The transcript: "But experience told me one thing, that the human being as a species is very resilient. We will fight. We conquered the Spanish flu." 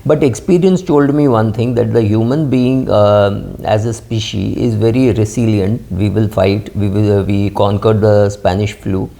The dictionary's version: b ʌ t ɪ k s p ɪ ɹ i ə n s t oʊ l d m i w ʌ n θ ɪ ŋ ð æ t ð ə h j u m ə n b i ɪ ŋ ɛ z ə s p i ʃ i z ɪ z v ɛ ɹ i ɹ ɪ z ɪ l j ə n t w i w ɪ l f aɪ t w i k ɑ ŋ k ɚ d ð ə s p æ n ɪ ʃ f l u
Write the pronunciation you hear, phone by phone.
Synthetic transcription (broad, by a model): b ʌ t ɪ k s p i ɹ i ə n s t oʊ l d m i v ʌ n t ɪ ŋ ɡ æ t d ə h j u m ə n b i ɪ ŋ ɛ z ə s p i ʃ i ɪ z v ɛ ɹ i ɹ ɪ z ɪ l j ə n t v i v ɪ l f aɪ t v i k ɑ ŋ k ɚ d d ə s p æ n ɪ ʃ f l u